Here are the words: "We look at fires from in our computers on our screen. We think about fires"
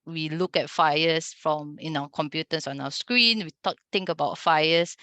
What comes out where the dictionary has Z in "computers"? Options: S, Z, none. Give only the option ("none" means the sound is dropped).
S